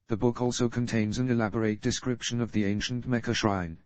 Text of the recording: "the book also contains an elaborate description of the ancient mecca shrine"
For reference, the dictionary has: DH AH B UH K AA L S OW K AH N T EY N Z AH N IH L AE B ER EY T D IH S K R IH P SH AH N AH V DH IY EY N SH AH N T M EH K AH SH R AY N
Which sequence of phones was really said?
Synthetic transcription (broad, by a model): DH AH B UH K AA L S OW K AH N T EY N Z AH N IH L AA B ER EY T D IH S K R IH P SH AH N AH V DH IY EY N SH AH N T M EH K AH SH R AY N